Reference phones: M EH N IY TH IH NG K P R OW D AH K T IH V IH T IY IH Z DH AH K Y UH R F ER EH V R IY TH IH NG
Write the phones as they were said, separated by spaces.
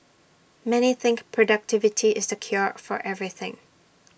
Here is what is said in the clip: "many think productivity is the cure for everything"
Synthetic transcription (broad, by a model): M EH N IY TH IH NG K P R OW D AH K T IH V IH T IY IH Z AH K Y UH R F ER EH V R IY TH IH NG